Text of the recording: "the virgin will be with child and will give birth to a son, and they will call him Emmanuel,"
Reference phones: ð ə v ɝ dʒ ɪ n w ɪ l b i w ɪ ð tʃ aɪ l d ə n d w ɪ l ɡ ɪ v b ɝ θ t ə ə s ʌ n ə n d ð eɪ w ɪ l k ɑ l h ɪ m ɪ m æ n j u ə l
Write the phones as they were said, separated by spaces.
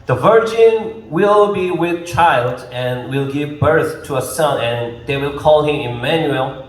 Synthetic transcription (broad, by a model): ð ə v ɝ dʒ ɪ n w ɪ l b i w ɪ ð tʃ aɪ l d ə n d w ɪ l ɡ ɪ v b ɝ θ t ə ə s ʌ n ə n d ð eɪ w ɪ l k ɑ l h ɪ m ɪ m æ n j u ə l